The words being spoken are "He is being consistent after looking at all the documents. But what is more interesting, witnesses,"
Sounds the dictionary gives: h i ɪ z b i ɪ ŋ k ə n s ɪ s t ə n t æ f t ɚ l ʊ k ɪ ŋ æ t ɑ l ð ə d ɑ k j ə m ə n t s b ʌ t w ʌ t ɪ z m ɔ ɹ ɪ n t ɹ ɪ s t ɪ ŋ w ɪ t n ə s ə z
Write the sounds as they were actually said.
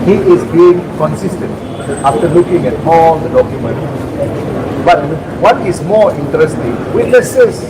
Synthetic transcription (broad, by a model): h i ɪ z b i ɪ ŋ k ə n s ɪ s t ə n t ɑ f t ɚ l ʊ k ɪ ŋ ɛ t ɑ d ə d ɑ k j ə m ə n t b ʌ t w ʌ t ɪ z m ɔ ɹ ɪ n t ɹ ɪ s t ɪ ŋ w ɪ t n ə s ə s